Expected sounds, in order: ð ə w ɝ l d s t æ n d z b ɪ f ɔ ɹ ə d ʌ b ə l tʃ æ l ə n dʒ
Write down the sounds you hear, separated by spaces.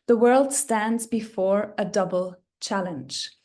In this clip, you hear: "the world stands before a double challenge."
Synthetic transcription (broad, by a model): ð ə w ɝ l d s t æ n d z b ɪ f ɔ ɹ ə d ʌ b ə l tʃ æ l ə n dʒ